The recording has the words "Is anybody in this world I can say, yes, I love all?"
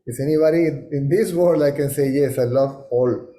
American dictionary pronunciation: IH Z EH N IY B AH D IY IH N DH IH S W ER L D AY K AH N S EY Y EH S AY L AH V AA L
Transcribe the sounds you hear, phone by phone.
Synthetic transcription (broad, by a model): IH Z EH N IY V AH D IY IH N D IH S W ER D AY K AH N S EY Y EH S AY L AH V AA L